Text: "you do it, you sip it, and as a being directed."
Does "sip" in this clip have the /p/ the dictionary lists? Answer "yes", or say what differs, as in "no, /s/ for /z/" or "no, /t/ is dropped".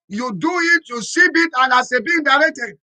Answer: no, /b/ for /p/